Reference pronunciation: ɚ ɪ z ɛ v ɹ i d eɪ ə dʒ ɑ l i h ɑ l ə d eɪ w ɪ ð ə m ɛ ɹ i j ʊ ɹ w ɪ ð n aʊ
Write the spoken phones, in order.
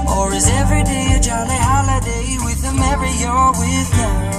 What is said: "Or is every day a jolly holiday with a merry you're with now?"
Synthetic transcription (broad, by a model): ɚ ɪ z ɛ v ɹ i d eɪ ə dʒ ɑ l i h ɑ l ə d eɪ w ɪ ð ə m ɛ ɹ i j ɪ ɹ w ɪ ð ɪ